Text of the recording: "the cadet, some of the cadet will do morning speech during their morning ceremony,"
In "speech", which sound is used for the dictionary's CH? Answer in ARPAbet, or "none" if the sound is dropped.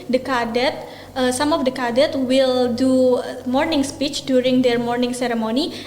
CH